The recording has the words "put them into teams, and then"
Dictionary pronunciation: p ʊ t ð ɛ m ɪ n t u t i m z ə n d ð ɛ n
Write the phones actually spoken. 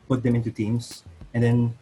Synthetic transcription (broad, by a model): p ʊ t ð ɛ m ɪ n t u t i m s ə n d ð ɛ n